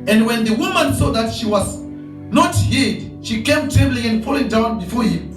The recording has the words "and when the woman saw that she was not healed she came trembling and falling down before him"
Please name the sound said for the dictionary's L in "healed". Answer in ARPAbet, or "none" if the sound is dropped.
none